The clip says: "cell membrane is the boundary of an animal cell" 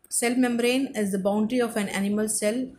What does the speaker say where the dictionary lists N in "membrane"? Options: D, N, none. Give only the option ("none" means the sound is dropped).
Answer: N